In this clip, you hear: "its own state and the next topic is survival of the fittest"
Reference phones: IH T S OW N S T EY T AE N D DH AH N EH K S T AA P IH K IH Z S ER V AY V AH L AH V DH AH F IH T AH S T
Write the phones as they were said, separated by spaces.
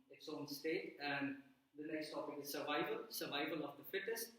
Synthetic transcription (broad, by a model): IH T S OW N S T EY T AE N D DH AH N EH K S T AA P IH K IH Z S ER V AY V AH L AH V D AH F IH T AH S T